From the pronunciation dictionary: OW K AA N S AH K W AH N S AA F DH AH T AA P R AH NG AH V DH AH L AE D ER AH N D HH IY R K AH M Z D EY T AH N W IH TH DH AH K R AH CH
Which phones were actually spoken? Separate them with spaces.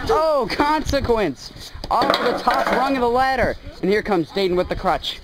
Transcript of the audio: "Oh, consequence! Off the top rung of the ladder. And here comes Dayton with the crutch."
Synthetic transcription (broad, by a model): OW K AA N S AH K W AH N S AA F DH AH T AA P R AH NG AH V DH AH L AE D ER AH N HH IY R K AH M Z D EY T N W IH DH AH K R AH CH